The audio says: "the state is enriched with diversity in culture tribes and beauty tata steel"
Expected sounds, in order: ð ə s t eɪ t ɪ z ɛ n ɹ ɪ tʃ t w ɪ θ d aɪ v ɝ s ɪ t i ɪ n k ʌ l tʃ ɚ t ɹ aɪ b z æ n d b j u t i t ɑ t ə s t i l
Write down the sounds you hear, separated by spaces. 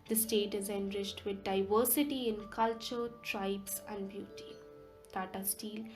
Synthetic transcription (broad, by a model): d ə s t eɪ t ɪ z ɛ n ɹ ɪ tʃ t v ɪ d d aɪ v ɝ s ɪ t i ɪ n k ʌ l tʃ ɚ t ɹ aɪ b s æ n d b j u t i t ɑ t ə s t i l